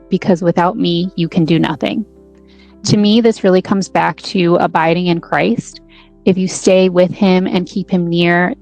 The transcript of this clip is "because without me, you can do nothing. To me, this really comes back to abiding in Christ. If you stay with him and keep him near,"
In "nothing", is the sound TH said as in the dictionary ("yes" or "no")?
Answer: yes